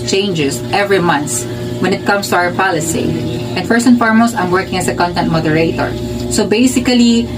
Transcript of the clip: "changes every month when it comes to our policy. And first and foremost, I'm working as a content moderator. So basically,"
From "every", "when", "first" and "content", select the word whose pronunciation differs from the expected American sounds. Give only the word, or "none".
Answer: first